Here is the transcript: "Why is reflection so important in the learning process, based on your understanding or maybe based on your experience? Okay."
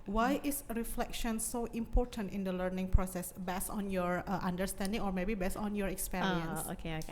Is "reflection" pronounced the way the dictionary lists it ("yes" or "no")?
yes